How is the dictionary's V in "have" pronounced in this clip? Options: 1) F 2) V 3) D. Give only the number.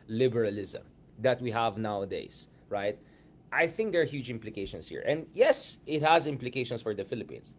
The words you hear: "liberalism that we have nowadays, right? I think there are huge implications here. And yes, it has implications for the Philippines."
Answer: 2